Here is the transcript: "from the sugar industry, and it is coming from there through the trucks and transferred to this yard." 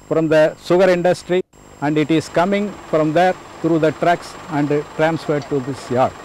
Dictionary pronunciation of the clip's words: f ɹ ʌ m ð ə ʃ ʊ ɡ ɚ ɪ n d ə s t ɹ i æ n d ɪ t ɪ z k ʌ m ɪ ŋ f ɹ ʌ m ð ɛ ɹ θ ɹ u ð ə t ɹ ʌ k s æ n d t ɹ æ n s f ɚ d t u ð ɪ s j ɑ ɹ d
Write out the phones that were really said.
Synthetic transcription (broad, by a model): f ɹ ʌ m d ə s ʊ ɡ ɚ ɪ n d ə s t ɹ i æ n d ɪ t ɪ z k ʌ m ɪ ŋ f ɹ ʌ m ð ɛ ɹ t ɹ u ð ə t ɹ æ k s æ n d t ɹ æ n s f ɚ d t u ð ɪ s j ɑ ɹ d